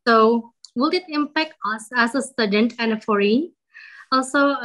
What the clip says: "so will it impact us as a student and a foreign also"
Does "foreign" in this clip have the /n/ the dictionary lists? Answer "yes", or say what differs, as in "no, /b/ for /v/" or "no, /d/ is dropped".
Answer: no, /n/ is dropped